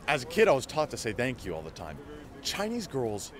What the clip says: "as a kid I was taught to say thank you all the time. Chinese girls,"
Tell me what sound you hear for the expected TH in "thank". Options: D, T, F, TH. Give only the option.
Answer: TH